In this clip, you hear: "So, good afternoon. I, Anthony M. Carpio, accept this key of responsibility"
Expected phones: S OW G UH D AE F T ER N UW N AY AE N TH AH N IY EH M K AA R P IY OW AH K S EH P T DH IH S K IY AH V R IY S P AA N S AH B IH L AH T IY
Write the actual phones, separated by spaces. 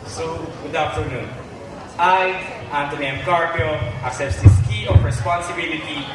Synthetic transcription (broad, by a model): S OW G UH D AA F T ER N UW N AY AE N T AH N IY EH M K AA R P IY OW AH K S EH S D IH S K IY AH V R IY S P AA N S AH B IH L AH T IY